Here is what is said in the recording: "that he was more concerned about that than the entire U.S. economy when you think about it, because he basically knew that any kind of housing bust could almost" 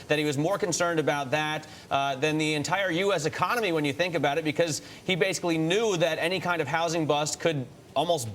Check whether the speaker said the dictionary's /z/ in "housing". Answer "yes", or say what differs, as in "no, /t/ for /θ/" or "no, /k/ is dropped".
yes